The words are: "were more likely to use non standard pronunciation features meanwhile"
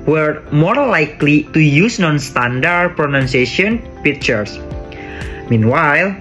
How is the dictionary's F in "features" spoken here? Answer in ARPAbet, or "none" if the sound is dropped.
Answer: P